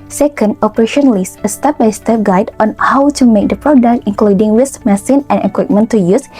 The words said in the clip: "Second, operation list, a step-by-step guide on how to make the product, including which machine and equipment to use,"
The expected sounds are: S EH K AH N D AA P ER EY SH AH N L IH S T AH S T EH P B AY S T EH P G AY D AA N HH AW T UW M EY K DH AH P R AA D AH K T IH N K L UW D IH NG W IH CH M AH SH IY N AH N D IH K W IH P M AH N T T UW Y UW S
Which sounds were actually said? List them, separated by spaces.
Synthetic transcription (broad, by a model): S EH K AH N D AA P ER EY SH AH N L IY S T AH S T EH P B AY S T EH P G AY D AA N HH AW T UW M EY K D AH P R AA D AH K T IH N K L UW D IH NG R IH S M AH S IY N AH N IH K W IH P M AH N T T UW Y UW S